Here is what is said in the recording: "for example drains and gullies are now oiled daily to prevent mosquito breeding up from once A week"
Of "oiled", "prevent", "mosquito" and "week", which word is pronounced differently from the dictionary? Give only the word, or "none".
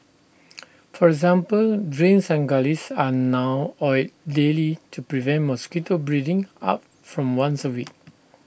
oiled